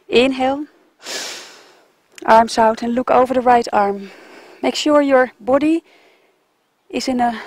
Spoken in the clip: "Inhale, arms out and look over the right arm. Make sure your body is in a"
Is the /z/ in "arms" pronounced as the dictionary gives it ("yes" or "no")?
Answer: no